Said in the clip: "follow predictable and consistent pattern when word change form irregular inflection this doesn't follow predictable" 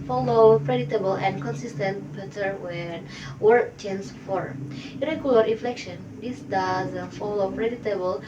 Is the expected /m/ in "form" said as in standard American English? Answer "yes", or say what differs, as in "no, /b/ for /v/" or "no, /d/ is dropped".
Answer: no, /m/ is dropped